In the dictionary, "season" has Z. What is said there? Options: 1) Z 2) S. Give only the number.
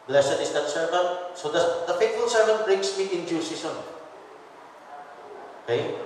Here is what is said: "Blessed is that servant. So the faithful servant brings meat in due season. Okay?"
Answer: 2